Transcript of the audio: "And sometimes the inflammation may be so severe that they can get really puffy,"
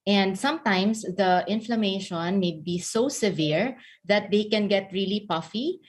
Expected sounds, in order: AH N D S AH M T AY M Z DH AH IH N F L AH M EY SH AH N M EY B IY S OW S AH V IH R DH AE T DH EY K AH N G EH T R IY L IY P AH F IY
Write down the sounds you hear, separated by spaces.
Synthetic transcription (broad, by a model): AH N D S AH M T AY M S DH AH IH N F L AH M EY SH AH N M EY B IY S OW S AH V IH R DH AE T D EY K AH N G EH T R IY L IY P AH F IY